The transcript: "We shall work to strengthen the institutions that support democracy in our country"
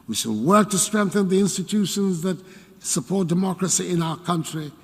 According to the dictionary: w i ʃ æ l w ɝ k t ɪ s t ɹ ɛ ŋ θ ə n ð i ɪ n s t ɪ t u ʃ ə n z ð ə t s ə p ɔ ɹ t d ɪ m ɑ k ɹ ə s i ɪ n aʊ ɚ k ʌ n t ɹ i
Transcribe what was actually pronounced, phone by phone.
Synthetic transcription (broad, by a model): w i ʃ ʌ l w ɝ k t ɪ s t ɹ ɛ ŋ θ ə n ð i ɪ n s t ɪ t u ʃ ə n z ð ə t s ə p ɔ ɹ t d ɪ m ɑ k ɹ ə s i ɪ n aʊ ɚ k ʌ n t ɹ i